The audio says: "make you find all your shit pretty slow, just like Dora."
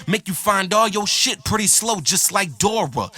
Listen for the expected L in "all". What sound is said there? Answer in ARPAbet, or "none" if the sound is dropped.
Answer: L